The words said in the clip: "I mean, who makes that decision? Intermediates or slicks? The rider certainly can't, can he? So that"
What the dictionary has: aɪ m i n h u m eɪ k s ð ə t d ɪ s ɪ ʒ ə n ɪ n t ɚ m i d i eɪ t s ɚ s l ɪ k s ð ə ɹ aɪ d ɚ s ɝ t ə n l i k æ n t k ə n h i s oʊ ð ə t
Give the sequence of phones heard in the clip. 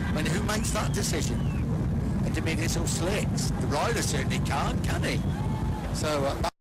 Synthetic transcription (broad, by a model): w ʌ n h u m eɪ k s ð ə t d ɪ s ɪ ʒ ə n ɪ n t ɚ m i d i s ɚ s l ɪ k s ð ə ɹ aɪ d ɚ s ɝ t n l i k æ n k ə n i s oʊ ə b